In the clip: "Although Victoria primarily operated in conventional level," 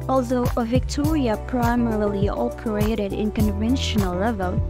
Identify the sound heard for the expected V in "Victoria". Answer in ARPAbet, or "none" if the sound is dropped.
V